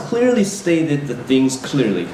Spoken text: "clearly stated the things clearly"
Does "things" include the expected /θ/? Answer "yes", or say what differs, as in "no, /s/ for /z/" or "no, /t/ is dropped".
yes